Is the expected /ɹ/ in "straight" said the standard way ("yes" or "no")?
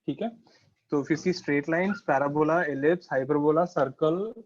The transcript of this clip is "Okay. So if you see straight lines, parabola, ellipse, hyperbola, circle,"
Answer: yes